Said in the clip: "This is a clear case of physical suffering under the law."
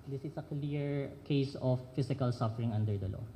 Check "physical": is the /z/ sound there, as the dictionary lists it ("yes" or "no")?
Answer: no